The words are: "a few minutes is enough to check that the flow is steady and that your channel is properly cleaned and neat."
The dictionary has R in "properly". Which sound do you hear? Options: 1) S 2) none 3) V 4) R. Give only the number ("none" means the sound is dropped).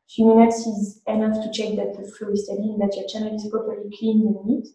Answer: 4